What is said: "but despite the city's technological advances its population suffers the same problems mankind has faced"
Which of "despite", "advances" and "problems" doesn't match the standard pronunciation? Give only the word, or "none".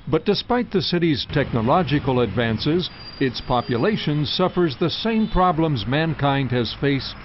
none